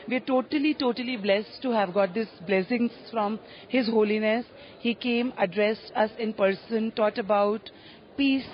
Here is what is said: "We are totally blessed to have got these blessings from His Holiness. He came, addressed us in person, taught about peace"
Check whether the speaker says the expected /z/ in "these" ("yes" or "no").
no